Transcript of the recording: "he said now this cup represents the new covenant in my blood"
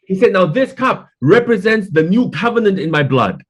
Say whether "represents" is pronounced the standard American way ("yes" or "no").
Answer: yes